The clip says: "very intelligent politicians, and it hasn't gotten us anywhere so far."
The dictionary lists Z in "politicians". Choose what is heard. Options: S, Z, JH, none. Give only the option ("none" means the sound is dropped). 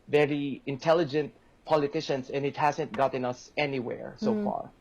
S